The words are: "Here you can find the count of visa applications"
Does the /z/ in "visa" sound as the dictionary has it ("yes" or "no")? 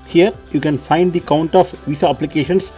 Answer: no